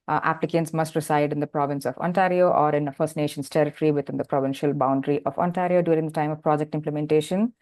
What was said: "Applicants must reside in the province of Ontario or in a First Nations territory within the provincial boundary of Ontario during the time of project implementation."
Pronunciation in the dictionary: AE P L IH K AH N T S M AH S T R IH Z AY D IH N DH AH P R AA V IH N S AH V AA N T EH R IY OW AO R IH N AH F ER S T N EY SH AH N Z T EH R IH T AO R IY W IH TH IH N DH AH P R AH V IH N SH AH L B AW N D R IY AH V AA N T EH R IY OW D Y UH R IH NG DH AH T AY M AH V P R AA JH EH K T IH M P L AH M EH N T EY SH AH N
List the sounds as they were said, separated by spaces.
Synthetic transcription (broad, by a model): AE P L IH K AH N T S M AH S T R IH S AY D IH N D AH P R AA V IH N S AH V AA N T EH R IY OW AO R IH N AH F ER S T N EY SH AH N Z T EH R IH T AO R IY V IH T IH N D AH P R AH V IH N SH AH L B AW N D R IY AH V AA N T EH R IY OW D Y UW R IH NG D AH T AY M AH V P R AA JH EH K T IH M P L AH M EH N T EY SH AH N